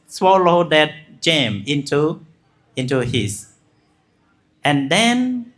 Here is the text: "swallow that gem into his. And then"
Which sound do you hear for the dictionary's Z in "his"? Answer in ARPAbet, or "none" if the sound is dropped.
S